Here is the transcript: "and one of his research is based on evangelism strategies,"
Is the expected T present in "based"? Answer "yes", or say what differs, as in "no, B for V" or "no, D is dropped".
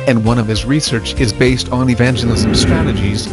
yes